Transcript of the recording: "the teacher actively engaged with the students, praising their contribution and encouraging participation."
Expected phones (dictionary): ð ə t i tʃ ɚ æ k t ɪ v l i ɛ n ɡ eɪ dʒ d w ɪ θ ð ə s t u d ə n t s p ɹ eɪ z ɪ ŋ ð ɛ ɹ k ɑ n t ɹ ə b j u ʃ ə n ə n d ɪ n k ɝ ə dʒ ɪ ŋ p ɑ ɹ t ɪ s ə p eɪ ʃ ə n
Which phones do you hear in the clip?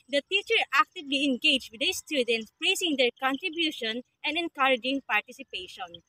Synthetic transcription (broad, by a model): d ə t i tʃ ɚ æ k t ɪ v l i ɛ n ɡ eɪ dʒ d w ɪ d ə s t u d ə n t s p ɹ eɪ s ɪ ŋ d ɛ ɹ k ɑ n t ɹ ə b j u ʃ ə n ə n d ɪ n k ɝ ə dʒ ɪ ŋ p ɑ ɹ t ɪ s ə p eɪ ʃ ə n